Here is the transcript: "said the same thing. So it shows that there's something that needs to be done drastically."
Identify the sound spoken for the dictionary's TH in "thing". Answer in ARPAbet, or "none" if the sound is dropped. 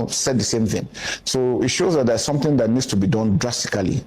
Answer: TH